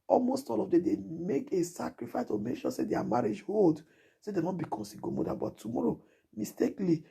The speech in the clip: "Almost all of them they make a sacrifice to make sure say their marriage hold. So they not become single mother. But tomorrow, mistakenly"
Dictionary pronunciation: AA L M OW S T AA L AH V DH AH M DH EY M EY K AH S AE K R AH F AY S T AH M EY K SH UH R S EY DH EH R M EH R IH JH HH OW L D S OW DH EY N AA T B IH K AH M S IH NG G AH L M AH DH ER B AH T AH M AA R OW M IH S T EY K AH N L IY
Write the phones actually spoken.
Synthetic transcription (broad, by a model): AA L M OW S T AA L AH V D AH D EY M EY K AH S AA K R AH F AY S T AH M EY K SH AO S EY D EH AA M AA R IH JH HH OW L D S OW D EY N AA T B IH K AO S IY G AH M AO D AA B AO T AH M AA R OW M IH S T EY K L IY